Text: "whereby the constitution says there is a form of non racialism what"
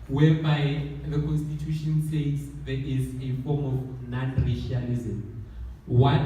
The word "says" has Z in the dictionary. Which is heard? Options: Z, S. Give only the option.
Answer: S